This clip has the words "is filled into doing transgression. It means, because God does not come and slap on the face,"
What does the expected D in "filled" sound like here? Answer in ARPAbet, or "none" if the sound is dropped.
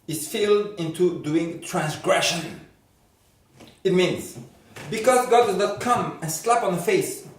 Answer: D